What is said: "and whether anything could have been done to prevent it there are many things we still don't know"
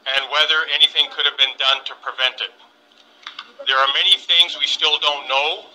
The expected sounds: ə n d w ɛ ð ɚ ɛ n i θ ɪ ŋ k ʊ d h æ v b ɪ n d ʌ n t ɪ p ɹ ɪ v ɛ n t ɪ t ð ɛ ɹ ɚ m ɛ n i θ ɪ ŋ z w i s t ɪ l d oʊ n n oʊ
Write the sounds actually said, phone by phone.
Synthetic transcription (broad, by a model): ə n w ɛ ð ɚ ɛ n i θ ɪ ŋ k ʊ d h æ v b ɪ n d ʌ n t ɪ p ɹ ɪ v ɛ n t ɪ t ð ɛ ɹ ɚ m ɛ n i θ ɪ ŋ z w i s t ɪ l d oʊ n n oʊ